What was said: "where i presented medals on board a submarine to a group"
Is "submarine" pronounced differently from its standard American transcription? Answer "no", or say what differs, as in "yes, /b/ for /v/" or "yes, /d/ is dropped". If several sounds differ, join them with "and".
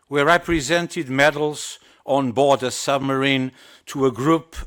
no